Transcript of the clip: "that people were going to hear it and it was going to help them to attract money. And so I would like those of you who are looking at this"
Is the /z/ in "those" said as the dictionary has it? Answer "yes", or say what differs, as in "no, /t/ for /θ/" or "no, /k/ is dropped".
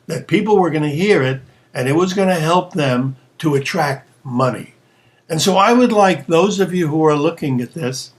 yes